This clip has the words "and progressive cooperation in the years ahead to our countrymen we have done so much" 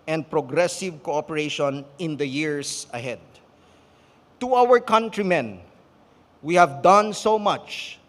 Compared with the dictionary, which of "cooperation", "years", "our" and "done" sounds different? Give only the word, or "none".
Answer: years